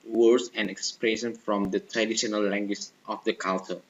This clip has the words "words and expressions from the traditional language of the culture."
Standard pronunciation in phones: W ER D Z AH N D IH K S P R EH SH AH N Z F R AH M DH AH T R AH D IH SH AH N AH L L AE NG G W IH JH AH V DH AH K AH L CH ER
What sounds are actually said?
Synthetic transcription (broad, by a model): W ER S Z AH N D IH K S P R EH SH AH N F R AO M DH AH T R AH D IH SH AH N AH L L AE NG G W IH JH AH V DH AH K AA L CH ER